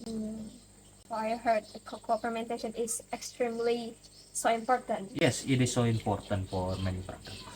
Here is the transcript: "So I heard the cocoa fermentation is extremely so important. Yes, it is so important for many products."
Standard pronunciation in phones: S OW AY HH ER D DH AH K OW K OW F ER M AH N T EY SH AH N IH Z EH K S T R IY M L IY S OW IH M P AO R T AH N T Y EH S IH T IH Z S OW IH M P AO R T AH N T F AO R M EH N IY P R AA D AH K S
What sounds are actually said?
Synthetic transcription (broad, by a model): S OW AY HH ER D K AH K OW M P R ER M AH N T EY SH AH N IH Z EH K S T R IY M L IY S OW IH M P AO R T AH N T Y EH S IH T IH S OW IH M P AO R T AH N T F AO R M EH N IY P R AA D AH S